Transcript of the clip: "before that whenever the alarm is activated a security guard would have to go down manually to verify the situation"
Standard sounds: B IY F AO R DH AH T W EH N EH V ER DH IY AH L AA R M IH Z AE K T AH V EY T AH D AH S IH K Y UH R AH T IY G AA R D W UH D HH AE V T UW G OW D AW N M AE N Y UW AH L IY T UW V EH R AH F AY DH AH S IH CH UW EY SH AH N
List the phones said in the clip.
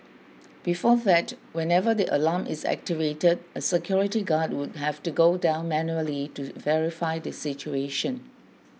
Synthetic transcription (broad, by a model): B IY F AO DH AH T W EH N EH V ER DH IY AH L AA M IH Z AE K T AH V EY T AH D AH S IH K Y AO R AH T IY G AA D W UH D HH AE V T UW G OW D AW N M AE N Y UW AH L IY T UW V EH R AH F AY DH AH S IH CH UW EY SH AH N